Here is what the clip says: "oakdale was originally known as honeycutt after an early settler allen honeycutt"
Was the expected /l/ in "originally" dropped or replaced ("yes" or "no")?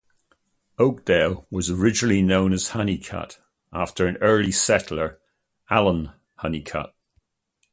no